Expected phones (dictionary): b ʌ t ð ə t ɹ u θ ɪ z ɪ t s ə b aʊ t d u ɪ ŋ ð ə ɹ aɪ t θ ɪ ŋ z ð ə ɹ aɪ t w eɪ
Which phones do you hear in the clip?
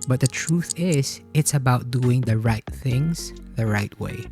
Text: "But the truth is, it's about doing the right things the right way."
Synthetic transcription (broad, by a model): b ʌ t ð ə t ɹ u θ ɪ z ɪ t s ə b aʊ t d u ɪ ŋ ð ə ɹ aɪ t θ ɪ ŋ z ð ə ɹ aɪ t w eɪ